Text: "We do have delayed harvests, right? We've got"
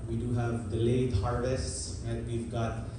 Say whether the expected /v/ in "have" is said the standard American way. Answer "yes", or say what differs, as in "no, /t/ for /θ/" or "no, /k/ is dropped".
yes